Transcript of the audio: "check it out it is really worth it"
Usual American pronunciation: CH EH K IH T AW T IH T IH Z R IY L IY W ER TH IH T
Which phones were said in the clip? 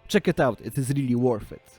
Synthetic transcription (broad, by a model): CH EH K IH T AW T IH T IH Z R IY L IY W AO F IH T